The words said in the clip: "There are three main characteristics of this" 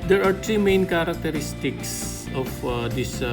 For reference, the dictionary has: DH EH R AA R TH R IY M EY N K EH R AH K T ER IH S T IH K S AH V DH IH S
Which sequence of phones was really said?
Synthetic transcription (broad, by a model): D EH R AA R T R IY M EY N K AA R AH K T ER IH S T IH K S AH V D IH S